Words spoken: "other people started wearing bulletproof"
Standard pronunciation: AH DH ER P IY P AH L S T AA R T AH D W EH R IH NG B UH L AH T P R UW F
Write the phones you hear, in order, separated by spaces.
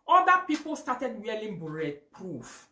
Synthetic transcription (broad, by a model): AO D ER P IY P AH L S T AA T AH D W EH L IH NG B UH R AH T P R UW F